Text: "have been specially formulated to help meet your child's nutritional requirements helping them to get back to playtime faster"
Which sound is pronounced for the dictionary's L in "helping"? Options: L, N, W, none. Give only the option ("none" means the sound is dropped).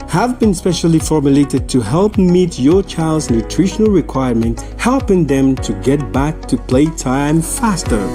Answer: L